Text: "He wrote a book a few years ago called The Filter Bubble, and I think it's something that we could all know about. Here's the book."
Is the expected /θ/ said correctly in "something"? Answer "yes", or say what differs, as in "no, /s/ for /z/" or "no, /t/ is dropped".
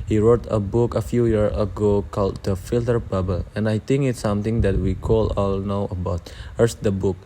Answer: no, /t/ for /θ/